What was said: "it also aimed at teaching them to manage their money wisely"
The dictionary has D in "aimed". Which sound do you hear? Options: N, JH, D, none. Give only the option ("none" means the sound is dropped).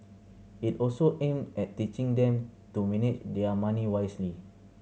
none